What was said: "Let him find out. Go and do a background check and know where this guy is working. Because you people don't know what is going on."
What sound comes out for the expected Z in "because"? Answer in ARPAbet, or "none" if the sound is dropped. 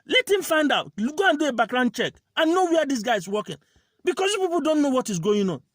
S